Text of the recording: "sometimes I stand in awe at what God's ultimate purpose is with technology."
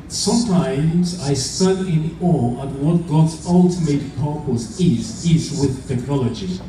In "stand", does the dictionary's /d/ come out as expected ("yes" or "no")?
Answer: no